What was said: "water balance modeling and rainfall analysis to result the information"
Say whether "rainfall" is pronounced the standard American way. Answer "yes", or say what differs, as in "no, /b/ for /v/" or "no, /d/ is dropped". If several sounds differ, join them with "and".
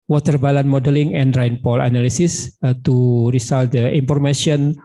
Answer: no, /p/ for /f/